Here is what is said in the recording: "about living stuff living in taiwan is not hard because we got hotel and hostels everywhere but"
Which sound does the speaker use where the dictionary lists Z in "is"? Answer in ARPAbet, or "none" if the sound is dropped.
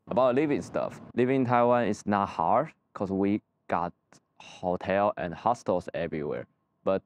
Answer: S